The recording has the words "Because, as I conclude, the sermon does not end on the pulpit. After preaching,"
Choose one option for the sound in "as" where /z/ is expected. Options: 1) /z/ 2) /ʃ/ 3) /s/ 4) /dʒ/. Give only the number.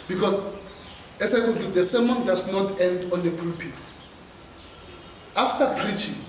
3